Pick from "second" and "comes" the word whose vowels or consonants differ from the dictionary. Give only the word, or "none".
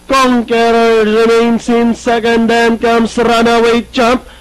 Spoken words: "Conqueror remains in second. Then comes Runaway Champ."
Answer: comes